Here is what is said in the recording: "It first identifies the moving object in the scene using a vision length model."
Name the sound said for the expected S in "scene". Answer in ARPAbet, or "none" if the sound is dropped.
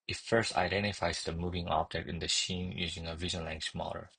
SH